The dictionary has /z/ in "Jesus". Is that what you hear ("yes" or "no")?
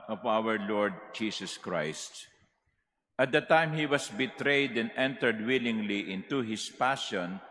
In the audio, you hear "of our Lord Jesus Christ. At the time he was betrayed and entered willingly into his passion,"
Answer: no